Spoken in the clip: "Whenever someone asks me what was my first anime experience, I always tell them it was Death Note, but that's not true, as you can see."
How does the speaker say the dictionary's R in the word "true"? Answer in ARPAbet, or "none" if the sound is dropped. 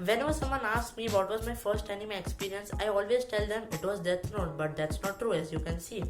R